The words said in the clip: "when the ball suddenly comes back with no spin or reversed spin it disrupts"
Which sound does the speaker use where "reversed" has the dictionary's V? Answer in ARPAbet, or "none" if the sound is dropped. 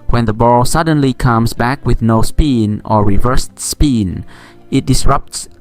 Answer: V